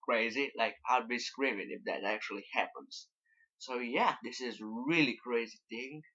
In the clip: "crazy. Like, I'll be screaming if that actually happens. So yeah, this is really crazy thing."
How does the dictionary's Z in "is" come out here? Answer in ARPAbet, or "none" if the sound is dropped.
Z